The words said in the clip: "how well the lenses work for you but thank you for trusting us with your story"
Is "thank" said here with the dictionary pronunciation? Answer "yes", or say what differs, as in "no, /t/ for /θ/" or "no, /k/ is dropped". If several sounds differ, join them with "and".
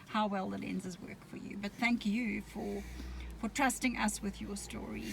yes